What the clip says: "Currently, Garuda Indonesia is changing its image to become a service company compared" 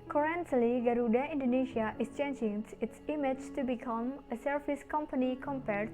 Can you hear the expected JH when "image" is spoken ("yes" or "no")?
no